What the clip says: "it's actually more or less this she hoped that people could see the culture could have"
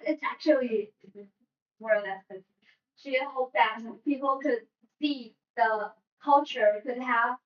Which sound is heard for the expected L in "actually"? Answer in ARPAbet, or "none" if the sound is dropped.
none